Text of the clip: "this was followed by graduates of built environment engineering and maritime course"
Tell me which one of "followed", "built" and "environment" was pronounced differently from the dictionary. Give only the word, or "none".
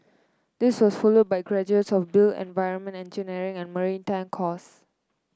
built